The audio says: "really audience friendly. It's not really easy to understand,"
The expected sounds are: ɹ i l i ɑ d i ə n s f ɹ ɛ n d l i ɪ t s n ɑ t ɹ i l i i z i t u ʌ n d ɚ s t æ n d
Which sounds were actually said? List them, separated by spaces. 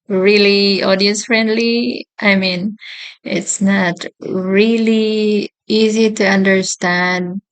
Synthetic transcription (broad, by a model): ɹ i l i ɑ d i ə s f ɹ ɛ n d l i ɪ t s n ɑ t ɹ i l i i z i t u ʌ n d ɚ s t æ n d